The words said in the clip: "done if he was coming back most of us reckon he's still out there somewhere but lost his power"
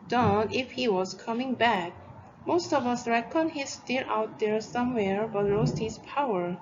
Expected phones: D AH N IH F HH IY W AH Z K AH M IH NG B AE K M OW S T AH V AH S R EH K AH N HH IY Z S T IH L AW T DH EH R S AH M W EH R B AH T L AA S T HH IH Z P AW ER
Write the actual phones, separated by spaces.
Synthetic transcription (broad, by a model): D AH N IH F HH IY W AH Z K AH M IH NG B AE K M OW S T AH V AH S R EH K AH N HH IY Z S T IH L AW T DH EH R S AH M W EH R B AH T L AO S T HH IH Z P AW ER